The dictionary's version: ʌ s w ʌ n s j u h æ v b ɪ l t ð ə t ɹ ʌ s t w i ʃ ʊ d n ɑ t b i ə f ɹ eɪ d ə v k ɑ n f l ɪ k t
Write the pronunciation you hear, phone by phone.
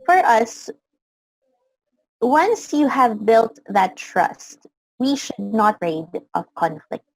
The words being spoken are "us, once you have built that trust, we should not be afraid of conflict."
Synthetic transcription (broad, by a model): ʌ s w ʌ n s j u h æ v b ɪ l t ð ə t ɹ ʌ s t w i ʃ ʊ d n ɑ t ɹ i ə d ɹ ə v k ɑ n f l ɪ k t